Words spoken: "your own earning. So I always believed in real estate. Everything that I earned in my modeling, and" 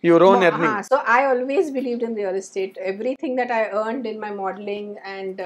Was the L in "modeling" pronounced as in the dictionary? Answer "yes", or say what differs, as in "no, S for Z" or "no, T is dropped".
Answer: yes